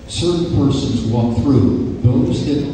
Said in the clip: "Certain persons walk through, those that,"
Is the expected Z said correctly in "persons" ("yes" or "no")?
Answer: yes